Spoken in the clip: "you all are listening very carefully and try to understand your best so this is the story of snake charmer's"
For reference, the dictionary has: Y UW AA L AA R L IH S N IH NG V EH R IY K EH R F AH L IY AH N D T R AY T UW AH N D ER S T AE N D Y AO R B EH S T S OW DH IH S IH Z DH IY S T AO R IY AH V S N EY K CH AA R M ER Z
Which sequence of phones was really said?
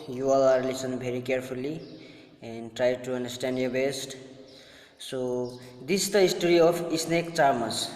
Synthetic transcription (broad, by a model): Y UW AA L AA R L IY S IH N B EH R IY K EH R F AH L IY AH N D T R AY T UW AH N D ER S T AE N D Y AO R B EH S T S OW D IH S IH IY S T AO R IY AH P S N EY K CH AA R M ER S